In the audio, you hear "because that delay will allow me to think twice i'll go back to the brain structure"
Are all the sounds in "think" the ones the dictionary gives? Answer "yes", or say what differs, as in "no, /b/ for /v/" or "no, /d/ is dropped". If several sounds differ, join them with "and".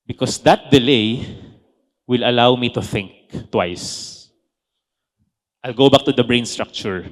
yes